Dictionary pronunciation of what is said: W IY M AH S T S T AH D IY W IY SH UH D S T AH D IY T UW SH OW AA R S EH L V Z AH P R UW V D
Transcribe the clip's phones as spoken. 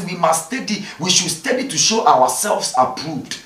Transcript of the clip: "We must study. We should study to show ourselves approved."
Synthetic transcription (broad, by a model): W IY M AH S S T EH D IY W IY SH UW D S T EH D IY T UW SH OW AA W S EH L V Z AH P R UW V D